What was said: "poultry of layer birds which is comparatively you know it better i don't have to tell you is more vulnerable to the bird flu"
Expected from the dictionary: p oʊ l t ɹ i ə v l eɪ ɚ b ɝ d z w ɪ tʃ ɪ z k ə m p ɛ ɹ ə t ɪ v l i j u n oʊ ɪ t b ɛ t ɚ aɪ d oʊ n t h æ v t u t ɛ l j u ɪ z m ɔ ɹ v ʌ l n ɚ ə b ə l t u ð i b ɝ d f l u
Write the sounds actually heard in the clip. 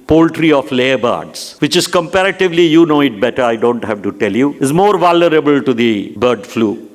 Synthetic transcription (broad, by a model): p oʊ l t ɹ i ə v l eɪ ɚ b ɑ d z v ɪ tʃ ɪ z k ə m p ɛ ɹ ə t ɪ v l i j u n oʊ ɪ t b ɛ t ɚ aɪ d oʊ n t h æ v t u t ɛ l j u ɪ z m ɔ ɹ v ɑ l n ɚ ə b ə l t u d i b ɝ d f l u